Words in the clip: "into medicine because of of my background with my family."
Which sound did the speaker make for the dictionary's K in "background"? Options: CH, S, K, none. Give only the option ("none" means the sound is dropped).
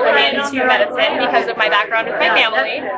K